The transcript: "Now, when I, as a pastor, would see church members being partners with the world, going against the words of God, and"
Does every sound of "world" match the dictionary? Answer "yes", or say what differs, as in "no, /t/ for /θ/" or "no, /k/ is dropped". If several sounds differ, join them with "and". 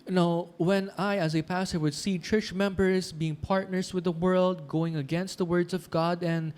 yes